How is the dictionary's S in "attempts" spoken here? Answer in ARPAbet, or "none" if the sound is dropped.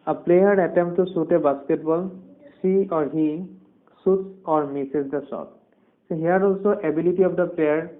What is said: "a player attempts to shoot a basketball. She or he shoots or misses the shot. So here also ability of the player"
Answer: none